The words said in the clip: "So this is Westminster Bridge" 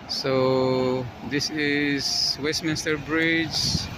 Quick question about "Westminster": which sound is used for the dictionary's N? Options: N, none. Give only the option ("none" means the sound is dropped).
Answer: N